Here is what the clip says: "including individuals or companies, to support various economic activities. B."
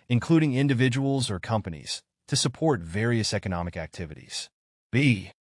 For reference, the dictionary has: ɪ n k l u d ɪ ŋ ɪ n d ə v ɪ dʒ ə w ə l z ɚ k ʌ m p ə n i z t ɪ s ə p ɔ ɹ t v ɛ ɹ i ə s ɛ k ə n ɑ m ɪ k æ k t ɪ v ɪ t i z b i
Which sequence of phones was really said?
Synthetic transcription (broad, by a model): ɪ n k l u d ɪ ŋ ɪ n d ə v ɪ dʒ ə w l z ɚ k ʌ m p ə n i z t ɪ s ə p ɔ ɹ t v ɛ ɹ i ə s ɛ k ə n ɑ m ɪ k æ k t ɪ v ɪ t i z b i